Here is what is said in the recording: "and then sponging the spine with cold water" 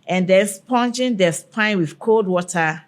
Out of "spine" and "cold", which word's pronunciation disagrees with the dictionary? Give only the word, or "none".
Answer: none